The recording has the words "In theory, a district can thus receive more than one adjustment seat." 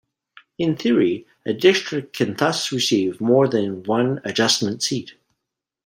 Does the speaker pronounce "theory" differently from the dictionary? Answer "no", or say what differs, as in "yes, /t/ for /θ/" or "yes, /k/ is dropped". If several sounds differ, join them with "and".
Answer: no